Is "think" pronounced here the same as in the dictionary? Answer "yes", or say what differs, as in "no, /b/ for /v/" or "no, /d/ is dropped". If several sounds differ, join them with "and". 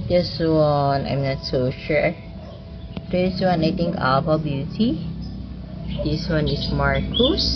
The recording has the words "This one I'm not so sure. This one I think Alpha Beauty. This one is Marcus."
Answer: no, /t/ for /θ/